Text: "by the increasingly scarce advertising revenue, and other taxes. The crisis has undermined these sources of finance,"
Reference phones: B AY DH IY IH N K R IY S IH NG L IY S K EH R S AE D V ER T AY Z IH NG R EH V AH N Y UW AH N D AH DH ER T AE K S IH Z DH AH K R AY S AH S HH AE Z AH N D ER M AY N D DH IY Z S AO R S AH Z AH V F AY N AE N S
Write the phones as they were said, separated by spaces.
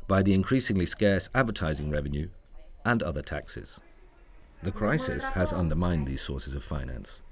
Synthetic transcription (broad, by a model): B AY DH IY IH N K R IY S IH NG L IY S K EH R S AE D V ER T AY Z IH NG R EH V AH N Y UW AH N AH DH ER T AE K S IH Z DH AH K R AY S AH S HH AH Z AH N D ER M AY N DH IY Z S AO R S AH Z AH V F AY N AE N S